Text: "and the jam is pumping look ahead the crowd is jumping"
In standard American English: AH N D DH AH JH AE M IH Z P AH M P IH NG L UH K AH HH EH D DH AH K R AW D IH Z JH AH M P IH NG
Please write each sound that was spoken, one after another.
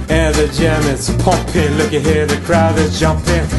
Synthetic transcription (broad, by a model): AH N DH AH JH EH M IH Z P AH P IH L UH K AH HH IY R DH AH K R AW D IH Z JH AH M P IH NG